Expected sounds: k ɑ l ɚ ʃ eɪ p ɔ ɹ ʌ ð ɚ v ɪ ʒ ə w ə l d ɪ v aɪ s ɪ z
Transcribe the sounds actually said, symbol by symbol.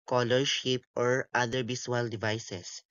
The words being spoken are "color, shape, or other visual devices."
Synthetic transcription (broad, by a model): k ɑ l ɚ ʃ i p ɔ ɹ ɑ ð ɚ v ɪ s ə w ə l d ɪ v aɪ s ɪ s